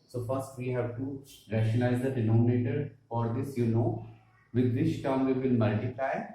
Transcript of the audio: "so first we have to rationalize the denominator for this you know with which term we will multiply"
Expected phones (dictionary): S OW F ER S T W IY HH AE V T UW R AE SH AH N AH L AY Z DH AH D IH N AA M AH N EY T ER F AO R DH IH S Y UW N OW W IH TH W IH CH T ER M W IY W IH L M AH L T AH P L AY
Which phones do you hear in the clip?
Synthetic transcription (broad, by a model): S OW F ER S T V IY HH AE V T UW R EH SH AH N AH IH Z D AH D IH N AA M AH N EY T ER F AO R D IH S Y UW N OW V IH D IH S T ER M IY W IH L M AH L T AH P L AY